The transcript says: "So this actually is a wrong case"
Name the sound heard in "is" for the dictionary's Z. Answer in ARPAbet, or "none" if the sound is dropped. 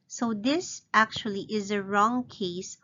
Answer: Z